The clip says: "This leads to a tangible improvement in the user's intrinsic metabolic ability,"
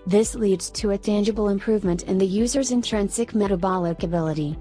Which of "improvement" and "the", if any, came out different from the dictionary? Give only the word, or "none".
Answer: none